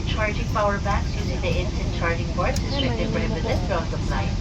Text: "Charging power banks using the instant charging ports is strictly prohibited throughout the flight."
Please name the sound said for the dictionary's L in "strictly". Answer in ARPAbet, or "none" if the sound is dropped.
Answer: none